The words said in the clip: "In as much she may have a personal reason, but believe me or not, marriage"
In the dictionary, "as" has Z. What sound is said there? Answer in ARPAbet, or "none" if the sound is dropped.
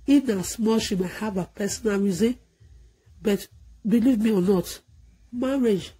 S